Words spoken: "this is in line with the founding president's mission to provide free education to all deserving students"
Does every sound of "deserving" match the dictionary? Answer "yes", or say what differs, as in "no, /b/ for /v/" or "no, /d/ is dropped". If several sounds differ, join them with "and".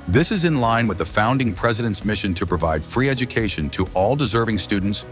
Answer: yes